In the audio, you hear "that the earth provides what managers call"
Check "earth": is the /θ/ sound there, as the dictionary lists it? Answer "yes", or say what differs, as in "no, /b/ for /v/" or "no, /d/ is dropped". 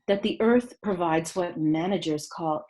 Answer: yes